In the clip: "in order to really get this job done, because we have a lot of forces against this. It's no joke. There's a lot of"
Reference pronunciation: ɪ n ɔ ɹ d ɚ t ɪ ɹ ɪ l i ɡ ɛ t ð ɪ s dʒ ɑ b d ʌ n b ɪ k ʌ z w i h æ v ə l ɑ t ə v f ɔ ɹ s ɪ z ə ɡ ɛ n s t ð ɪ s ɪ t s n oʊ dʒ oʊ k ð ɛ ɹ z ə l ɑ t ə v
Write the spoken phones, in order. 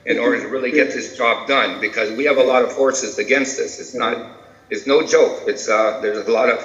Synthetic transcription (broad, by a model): ɪ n ɔ ɹ d ɚ t ɪ ɹ ɪ l i ɡ ɛ t ð ɪ s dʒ ɑ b d ʌ n b ɪ k ʌ z w i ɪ v ə l ɑ t ə v f ɔ ɹ s ɪ z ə ɡ ɛ n s t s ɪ s ɪ t s n oʊ dʒ oʊ k ð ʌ ɹ z ə l ɑ t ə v